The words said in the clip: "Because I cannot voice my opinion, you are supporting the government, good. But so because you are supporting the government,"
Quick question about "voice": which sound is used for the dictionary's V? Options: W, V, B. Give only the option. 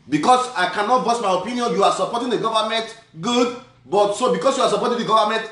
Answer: B